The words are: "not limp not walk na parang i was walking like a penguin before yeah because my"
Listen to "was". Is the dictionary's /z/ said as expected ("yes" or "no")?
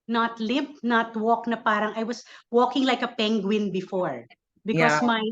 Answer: no